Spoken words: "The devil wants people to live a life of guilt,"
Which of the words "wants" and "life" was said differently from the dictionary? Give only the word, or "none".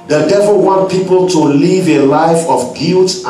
wants